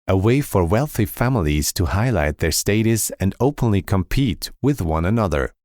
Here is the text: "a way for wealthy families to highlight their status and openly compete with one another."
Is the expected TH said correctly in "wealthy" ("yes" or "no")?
yes